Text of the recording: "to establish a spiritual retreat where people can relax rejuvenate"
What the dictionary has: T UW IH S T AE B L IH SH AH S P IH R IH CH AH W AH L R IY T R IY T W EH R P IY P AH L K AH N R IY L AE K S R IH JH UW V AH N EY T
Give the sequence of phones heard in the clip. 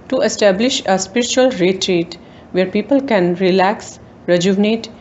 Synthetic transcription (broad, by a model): T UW IH S T AE B L IH SH AH S P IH R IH CH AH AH L R IY T R IY T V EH R P IY P AH L K AH N R IY L AE K S R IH JH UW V N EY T